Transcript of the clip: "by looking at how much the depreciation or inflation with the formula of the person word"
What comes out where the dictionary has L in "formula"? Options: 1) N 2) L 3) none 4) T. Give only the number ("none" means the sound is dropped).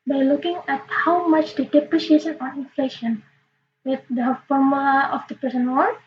3